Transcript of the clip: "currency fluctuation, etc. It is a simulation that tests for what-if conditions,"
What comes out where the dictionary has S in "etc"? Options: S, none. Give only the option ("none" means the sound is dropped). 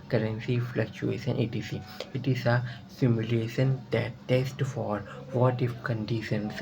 none